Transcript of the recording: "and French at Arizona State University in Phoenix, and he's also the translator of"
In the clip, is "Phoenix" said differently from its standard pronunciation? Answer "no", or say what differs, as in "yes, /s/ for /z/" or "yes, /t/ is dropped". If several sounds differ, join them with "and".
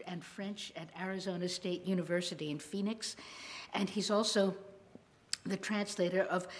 no